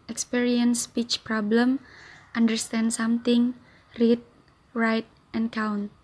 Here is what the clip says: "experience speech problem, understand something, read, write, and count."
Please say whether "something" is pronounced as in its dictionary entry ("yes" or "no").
no